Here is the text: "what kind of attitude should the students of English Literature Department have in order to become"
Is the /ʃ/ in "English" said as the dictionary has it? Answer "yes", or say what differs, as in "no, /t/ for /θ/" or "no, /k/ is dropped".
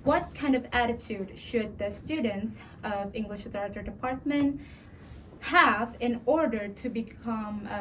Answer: yes